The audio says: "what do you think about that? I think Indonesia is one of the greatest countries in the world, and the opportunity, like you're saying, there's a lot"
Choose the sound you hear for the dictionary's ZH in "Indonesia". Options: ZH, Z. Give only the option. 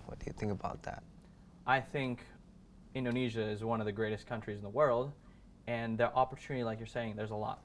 ZH